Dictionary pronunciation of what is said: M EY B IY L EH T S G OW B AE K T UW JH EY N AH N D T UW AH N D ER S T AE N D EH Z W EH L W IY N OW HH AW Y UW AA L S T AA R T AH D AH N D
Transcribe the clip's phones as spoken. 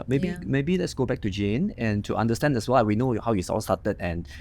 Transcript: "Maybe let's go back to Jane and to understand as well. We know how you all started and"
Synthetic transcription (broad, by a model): M EY B IY L EH T S G OW B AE K T UW JH EY N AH N T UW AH N D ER S T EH N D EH S W EH L W IY N OW HH AW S AA L S T AA T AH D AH N